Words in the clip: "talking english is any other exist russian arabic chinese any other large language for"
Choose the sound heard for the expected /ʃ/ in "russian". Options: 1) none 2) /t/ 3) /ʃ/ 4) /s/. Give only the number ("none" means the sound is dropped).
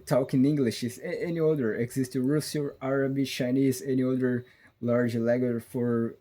4